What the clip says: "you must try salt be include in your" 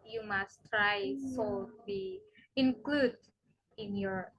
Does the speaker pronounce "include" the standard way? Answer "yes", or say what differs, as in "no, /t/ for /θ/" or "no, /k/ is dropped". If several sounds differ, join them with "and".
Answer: yes